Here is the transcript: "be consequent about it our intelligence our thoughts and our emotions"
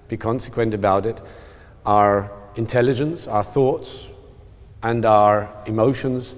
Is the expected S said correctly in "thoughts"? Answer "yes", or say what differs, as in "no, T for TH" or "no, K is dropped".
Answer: yes